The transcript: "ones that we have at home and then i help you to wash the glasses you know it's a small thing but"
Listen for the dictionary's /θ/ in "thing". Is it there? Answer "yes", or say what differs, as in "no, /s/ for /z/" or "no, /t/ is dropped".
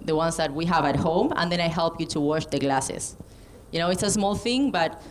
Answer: yes